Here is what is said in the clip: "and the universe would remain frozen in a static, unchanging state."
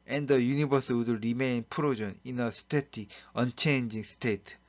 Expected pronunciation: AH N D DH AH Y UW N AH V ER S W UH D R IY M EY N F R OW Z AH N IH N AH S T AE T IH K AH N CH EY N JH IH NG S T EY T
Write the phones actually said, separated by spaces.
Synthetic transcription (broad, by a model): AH N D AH Y UW N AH B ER S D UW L R IY M EY N P R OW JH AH N IH N AH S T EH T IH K AH N CH EY N JH IH NG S T EY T